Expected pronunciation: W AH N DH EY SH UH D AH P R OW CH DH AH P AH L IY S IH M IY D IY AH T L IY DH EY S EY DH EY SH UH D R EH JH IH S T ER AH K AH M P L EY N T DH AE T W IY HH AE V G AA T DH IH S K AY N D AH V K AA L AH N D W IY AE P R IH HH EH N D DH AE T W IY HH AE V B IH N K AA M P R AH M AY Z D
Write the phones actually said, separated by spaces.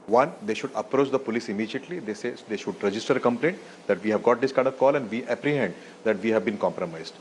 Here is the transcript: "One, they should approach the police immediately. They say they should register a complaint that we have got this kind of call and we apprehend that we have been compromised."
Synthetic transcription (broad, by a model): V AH N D EY SH UH D AH P R OW CH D AH P AH L IY S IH M IY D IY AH T L IY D EY S EY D EY SH UH D R EH JH IH S T ER AH K AH M P L EY N T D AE T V IY HH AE V G AA T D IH S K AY D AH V K AA L AH N D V IY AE P R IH HH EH N D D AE T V IY HH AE V B IH N K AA M P R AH M AY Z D